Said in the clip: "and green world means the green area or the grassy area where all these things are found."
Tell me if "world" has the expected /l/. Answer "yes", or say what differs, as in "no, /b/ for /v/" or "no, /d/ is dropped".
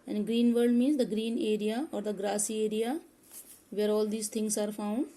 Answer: no, /l/ is dropped